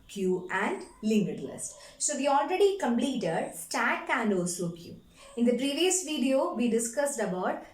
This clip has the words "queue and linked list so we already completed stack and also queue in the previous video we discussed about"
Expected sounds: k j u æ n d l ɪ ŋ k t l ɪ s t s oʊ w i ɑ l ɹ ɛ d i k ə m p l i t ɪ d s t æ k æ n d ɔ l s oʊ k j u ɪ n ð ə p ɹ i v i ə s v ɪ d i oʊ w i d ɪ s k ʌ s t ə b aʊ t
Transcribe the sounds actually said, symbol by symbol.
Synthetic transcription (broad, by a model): k j u æ n d l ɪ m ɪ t l ɪ s t s oʊ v i ɑ l ɹ ɛ d i k ə m p l i t ɪ d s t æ k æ n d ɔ s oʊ k j u ɪ n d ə p ɹ i v i ə s v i d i oʊ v i d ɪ s k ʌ s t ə b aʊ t